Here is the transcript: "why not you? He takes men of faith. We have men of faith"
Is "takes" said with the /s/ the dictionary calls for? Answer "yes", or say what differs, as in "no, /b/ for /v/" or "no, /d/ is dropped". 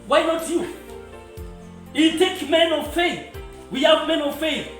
no, /s/ is dropped